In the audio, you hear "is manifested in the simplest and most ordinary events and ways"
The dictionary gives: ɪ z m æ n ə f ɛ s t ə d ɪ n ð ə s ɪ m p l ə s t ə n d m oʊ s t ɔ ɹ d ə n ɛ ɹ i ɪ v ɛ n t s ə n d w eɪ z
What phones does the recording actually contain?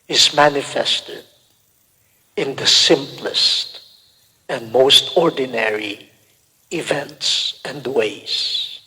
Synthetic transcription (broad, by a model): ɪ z m æ n ə f ɛ s t ə d ɪ n ð ə s ɪ m p l ə s t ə n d m oʊ s t ɔ ɹ d n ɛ ɹ i ɪ v ɛ n t s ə n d w eɪ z